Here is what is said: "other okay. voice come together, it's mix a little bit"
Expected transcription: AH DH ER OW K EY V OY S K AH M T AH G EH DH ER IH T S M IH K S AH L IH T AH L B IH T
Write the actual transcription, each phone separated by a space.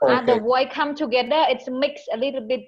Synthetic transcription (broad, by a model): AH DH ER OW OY K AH M T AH G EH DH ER IH T S M IH K S AH L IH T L B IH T